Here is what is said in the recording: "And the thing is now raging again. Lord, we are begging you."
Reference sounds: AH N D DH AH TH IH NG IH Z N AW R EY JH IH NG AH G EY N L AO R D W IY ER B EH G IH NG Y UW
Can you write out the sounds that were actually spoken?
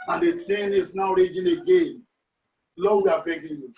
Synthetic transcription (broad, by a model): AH N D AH T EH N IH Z N AW R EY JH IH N AH G EY N L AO W IY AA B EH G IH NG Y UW